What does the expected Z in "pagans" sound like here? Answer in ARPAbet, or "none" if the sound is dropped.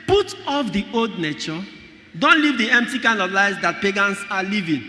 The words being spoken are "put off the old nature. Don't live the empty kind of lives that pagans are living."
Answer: S